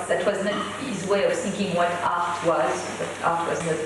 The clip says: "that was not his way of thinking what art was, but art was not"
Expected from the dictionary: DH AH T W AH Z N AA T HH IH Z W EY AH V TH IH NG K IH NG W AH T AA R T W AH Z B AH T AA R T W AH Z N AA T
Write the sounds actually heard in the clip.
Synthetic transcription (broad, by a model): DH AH T W AH Z N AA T HH IH Z W EY AH V TH IH NG K IH NG W AH T AA R T W AH Z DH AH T AA R T W AH Z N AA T